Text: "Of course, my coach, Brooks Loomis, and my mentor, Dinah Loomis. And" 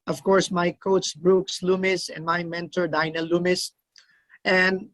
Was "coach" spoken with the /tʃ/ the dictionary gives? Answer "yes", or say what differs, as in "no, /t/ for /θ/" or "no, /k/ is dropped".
no, /s/ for /tʃ/